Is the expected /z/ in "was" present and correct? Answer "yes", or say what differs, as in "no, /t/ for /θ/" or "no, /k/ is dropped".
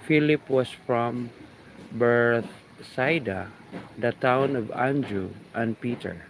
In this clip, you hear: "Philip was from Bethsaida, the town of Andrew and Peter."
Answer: no, /s/ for /z/